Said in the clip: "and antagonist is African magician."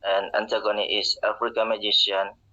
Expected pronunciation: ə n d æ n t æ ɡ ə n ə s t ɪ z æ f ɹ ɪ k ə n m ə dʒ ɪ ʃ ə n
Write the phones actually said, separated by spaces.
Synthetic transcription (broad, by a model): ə n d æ n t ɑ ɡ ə n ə t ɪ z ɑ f ɹ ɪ k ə m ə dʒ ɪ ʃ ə n